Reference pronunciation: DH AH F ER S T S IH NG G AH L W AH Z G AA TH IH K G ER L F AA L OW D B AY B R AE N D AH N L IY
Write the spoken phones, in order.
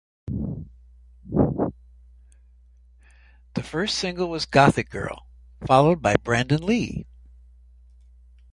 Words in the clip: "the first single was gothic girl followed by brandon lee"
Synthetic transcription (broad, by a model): DH AH F ER S T S IH NG G L W AH Z G AA TH IH K G ER L F AA L OW D B AY B R AE N D AH N L IY